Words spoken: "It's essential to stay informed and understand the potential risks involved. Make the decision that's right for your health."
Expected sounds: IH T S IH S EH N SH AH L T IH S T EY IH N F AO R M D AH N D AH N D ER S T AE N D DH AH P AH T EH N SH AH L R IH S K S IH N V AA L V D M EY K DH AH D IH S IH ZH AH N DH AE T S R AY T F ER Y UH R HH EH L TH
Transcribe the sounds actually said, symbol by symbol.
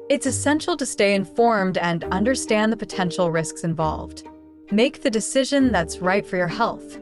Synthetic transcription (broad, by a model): IH T S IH S EH N SH L T IH S T EY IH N F AO R M D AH N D AH N D ER S T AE N DH AH P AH T EH N SH L R IH S K S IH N V AA L V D M EY K DH AH D IH S IH ZH AH N DH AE T S R AY T F ER Y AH R HH EH L TH